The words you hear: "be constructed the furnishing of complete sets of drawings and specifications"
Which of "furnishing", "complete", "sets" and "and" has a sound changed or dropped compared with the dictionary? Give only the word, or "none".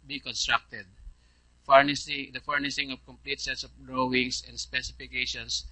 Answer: furnishing